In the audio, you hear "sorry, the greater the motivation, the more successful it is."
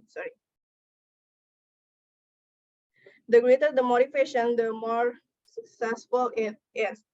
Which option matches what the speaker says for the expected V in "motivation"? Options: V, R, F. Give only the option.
F